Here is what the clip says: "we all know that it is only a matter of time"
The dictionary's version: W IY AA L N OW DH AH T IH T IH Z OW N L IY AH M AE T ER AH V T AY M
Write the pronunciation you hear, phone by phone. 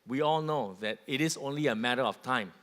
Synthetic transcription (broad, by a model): W IY AA L N OW DH AH T IH T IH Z OW N L IY AH M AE T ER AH F T AY M